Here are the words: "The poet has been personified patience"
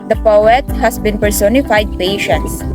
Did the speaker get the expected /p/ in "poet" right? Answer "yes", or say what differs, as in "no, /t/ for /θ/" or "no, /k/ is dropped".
yes